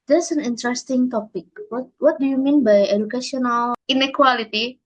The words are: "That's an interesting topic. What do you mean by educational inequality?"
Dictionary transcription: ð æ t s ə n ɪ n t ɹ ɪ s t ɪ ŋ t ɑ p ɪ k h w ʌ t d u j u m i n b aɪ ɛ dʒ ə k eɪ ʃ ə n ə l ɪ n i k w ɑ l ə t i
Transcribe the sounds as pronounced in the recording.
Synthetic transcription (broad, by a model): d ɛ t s ə n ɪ n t ɹ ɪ s t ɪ ŋ t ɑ p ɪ k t w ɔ t d u j u m i n b aɪ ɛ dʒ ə k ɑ s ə n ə l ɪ n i k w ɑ l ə t i